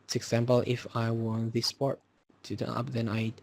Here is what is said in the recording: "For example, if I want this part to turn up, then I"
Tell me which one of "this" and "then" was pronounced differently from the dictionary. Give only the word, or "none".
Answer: none